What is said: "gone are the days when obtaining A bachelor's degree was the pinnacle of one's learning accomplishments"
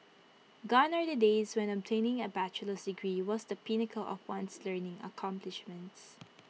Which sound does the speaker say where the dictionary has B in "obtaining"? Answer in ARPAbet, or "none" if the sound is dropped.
B